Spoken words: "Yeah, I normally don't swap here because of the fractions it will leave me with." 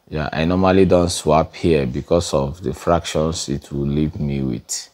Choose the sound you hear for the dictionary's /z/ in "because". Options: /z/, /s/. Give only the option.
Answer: /s/